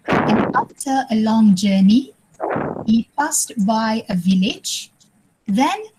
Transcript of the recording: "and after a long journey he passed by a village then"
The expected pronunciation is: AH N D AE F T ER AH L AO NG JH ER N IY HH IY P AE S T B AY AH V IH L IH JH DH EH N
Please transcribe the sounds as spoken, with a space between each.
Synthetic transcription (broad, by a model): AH N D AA F T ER AH L AO NG JH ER N IY HH IY P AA S T B AY AH V IH L IH JH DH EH N